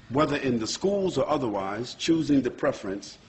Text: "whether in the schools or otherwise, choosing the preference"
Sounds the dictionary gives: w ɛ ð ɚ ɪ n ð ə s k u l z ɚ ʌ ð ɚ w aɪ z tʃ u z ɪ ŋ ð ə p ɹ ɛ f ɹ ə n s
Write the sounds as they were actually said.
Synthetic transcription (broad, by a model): w ɛ ð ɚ ɪ n ð ə s k u l z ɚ ʌ ð ɚ w aɪ z tʃ u z ɪ ŋ ð ə p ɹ ɛ f ɹ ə n s